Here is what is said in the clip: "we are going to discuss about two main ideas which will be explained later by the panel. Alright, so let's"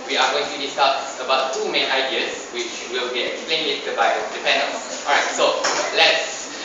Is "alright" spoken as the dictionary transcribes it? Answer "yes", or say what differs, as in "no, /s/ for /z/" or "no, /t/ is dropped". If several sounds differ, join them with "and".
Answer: no, /l/ is dropped